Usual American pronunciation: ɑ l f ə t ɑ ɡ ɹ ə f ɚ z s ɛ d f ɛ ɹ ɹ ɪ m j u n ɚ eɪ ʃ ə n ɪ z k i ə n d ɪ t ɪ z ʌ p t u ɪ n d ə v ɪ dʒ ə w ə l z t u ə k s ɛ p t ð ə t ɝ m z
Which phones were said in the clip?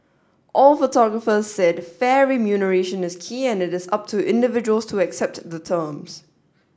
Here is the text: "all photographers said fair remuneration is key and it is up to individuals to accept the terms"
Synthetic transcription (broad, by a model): ɑ l f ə t ɑ ɡ ɹ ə f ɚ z s ɛ d f ɛ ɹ ɹ ɪ m j u n ɚ eɪ ʃ ə n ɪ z k i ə n ɪ t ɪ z ʌ p t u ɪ n d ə v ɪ dʒ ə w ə l s t u ə k s ɛ p t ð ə t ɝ m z